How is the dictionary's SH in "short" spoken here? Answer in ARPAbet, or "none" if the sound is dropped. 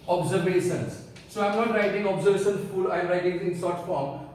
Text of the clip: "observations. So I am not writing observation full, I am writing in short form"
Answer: S